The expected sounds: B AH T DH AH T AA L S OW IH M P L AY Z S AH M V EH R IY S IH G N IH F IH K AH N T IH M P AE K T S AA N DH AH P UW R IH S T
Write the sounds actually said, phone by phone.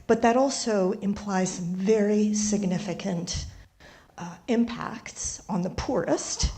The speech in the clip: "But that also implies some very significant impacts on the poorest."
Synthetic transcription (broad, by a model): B AH T DH AH T AA L S OW IH M P L AY Z S AH M V EH R IY S IH G N IH F IH K AH N T IH M P AE K T S N DH AH P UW R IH S T